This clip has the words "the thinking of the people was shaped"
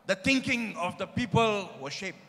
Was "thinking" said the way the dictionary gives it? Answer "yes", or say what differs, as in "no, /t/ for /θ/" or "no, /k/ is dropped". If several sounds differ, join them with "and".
no, /t/ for /θ/